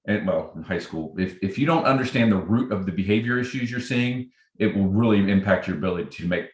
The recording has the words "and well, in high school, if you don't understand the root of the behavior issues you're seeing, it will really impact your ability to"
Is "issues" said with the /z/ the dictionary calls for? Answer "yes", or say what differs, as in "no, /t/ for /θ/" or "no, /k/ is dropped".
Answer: yes